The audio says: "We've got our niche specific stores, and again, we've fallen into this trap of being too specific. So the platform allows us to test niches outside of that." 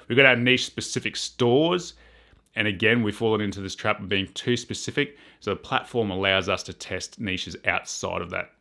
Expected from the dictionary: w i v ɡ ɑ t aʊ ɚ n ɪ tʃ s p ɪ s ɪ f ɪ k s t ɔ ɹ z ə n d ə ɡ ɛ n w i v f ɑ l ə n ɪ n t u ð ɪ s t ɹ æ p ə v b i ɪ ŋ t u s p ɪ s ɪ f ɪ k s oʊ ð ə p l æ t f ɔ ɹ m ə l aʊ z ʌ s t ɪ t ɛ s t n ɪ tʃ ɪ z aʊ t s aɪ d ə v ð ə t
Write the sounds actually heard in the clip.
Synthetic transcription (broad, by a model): w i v ɡ ɑ t aʊ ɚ n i ʃ s p ɪ s ɪ f ɪ k s t ɔ ɹ z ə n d ə ɡ ɛ n w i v f ɑ l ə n ɪ n t u ð ɪ s t ɹ æ p ə v b i ɪ ŋ t u s p ɪ s ɪ f ɪ k s oʊ ð ə p l æ t f ɔ ɹ m ə l aʊ z ʌ s t ɪ t ɛ s t n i ʃ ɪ z aʊ t s aɪ d ə v ð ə t